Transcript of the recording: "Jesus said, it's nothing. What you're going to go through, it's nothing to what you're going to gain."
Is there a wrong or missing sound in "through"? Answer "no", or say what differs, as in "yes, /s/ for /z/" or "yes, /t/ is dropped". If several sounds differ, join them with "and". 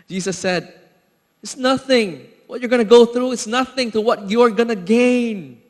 no